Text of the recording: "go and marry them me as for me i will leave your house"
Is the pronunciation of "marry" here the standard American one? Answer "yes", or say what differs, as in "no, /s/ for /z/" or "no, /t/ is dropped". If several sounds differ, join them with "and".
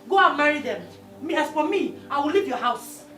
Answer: yes